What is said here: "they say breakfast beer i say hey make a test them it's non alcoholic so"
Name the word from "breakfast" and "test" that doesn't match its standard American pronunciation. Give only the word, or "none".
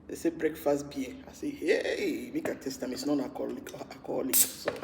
none